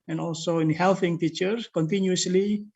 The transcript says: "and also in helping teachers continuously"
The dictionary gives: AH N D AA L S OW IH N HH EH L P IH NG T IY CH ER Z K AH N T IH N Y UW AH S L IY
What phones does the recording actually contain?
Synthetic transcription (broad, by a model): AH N AA L S OW IH N HH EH L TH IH NG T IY CH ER K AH N T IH N Y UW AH S L IY